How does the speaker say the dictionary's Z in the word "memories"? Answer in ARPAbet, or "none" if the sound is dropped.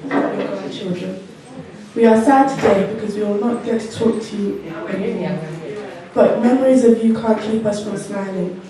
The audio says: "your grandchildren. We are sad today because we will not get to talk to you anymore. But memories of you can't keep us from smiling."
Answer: Z